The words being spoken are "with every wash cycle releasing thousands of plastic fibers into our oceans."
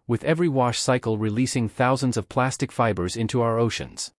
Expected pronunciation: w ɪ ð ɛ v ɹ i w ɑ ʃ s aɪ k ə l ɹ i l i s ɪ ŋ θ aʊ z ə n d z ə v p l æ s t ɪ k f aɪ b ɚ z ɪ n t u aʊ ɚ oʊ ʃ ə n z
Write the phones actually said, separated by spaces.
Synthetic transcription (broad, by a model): w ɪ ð ɛ v ɹ i w ɑ ʃ s aɪ k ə l ɹ i l i s ɪ ŋ θ aʊ z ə n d z ə v p l æ s t ɪ k f aɪ b ɚ z ɪ n t u aʊ ɚ oʊ ʃ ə n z